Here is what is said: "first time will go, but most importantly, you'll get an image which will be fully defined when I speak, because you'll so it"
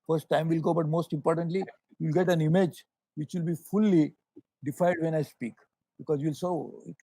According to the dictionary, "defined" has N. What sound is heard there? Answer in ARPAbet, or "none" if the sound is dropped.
none